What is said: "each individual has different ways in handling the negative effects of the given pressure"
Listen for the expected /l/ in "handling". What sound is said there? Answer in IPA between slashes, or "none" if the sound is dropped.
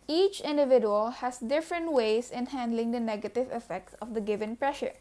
/l/